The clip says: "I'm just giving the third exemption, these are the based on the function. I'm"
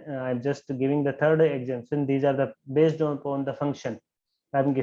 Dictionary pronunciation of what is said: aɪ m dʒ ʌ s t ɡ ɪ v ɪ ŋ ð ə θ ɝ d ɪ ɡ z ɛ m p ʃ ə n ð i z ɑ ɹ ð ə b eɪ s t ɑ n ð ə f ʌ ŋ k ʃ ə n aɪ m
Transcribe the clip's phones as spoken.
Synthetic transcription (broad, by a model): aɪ m dʒ ʌ s t ɡ ɪ v ɪ ŋ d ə t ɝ d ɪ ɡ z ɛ m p s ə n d i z ɑ ɹ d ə b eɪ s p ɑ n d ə f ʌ ŋ k ʃ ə n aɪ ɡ